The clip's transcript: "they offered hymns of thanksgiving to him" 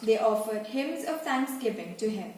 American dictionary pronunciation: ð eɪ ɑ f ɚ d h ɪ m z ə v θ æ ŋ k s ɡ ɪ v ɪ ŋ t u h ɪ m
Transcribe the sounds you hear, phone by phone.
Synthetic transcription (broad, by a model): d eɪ ɑ f ɚ d h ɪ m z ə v t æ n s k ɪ p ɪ ŋ t u h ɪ m